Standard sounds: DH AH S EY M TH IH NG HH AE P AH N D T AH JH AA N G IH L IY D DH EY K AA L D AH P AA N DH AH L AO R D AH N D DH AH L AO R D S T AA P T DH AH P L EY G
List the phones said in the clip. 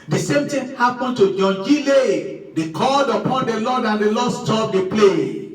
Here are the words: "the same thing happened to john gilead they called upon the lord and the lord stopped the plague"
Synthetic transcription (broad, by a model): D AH S EY M T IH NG HH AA P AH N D T AH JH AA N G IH L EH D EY K AA L D AH P AA N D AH L AO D AH N D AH L AO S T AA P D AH P L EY